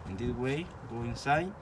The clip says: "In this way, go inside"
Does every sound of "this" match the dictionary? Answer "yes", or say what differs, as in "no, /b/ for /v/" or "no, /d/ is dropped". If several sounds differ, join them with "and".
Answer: no, /s/ is dropped